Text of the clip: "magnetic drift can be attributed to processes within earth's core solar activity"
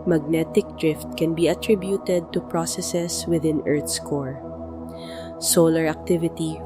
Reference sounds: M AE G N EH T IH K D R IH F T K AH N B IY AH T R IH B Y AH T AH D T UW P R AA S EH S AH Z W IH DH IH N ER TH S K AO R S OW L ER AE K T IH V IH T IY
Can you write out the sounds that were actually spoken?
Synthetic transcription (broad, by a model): M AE G N EH T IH K D R IH F T K AH N B IY AH T R IH B Y AH T AH D T UW P R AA S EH S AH S W IH DH IH N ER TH S K AO R S OW L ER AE K T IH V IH T IY